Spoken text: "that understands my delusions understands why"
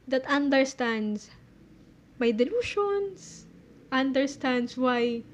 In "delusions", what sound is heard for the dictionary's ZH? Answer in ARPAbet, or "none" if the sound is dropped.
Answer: SH